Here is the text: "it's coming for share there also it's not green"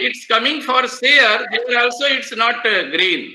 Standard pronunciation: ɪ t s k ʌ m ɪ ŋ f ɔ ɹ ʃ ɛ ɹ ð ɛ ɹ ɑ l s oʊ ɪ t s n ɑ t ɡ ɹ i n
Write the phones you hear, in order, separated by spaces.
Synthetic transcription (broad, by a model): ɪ t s k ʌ m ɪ ŋ f ɔ ɹ s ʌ ɹ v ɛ ɹ ɑ l s oʊ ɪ t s n ɑ t ɡ ɹ i n